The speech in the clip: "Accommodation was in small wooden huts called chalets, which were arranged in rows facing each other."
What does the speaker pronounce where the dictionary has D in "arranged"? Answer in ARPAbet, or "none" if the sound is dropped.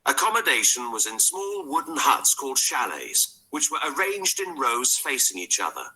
D